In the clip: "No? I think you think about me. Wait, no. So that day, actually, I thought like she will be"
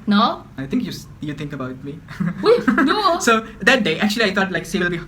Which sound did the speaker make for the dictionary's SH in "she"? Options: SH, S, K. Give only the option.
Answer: S